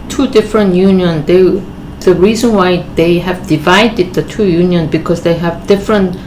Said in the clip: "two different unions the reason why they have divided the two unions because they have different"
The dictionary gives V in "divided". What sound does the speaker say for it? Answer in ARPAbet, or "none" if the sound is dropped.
V